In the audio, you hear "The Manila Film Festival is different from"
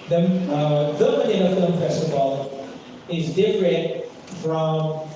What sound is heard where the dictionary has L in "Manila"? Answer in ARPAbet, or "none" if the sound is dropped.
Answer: N